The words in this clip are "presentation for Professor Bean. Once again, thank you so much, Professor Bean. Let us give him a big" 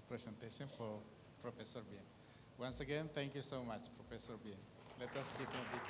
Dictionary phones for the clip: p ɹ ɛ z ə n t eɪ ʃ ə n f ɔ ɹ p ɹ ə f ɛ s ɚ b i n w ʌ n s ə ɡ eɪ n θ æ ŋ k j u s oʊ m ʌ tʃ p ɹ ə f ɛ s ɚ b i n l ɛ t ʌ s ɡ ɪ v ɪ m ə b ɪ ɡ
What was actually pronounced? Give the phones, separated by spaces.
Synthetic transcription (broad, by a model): p ɹ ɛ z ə n t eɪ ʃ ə n f ɔ ɹ p ɹ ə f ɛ s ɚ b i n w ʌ n s ə ɡ eɪ n t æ ŋ k j u s oʊ m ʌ tʃ p ɹ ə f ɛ s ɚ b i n l ɛ t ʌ s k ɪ p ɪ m ə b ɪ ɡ